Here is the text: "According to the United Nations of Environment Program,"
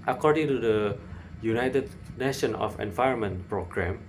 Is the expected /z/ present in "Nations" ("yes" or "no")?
no